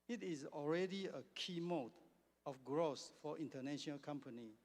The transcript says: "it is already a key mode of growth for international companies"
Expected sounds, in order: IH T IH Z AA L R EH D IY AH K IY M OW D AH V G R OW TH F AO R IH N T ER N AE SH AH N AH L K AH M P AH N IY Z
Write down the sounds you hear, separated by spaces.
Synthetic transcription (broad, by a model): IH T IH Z AA L R EH D IY AH K IY M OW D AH F G R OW S F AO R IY N T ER N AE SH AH N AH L K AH M P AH N IY